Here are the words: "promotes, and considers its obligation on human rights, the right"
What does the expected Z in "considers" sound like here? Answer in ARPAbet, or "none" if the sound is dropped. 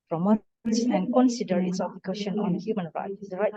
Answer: none